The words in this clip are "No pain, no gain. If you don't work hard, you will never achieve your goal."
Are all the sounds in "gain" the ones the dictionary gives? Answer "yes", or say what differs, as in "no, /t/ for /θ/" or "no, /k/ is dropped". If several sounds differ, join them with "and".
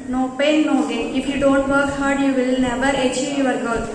no, /n/ is dropped